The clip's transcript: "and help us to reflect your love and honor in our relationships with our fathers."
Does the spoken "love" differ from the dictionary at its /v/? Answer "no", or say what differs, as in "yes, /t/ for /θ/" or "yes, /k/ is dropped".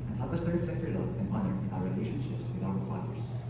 yes, /v/ is dropped